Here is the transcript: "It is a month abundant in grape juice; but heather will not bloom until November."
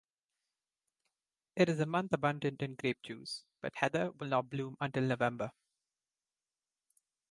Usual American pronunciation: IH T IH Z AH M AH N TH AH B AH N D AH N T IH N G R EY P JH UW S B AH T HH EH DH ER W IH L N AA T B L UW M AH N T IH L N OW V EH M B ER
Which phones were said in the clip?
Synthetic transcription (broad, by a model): IH T IH Z AH M AH N T AH B AH N D AH N T IH N G R EY P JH UW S B AH T HH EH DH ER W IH L N AA T B L UW M AH N T IH L N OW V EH M B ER